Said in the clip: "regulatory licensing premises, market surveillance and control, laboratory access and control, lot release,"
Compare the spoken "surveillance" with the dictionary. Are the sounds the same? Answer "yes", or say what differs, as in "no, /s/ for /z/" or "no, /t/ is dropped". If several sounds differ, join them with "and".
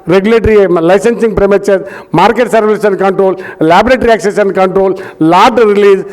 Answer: no, /l/ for /n/